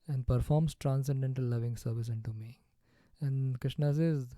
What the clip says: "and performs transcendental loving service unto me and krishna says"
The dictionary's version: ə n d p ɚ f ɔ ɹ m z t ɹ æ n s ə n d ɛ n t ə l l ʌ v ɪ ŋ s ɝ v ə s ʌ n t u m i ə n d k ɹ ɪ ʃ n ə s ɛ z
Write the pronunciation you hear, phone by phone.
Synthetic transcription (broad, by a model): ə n d p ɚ f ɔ ɹ m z t ɹ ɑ n s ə n d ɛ n t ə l l ʌ v ɪ ŋ s ɝ v ə s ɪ n t u m i ə n d k ɹ ɪ ʃ n ə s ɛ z